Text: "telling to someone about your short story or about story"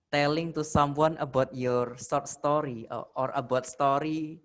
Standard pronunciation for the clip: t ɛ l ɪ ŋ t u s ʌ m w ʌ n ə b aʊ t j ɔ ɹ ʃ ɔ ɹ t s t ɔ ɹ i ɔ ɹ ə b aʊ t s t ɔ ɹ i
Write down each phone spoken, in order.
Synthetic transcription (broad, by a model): t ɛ l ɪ ŋ t u s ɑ m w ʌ n ə b aʊ t j ɔ ɹ s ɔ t s t ɔ ɹ i ɔ ɹ ə b aʊ t s t ɔ ɹ i